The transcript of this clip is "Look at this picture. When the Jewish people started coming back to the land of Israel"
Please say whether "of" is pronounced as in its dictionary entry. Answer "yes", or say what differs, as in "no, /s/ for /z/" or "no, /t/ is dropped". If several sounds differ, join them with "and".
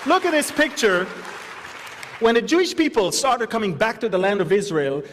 yes